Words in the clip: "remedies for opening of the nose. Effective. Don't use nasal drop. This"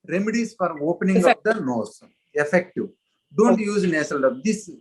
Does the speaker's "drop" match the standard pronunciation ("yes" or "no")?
no